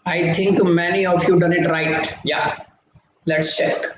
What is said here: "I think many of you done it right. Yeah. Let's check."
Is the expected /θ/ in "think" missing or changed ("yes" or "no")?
yes